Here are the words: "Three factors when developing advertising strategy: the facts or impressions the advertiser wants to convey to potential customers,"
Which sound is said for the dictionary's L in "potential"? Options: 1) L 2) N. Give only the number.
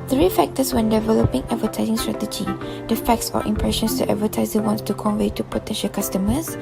1